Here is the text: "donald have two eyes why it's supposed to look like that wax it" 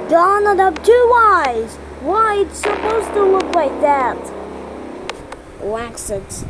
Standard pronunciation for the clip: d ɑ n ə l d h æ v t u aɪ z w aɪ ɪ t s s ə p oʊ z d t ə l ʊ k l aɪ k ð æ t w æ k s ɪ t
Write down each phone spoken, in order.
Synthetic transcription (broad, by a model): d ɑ n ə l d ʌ p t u aɪ z w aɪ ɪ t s s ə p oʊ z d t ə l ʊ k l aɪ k ð æ t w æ k s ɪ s